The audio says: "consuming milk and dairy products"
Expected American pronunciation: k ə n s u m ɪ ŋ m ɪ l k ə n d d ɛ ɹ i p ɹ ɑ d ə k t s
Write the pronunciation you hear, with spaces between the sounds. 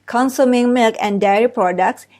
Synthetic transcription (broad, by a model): k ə n s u m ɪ ŋ m ɪ l k ə n d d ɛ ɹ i p ɹ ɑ d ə k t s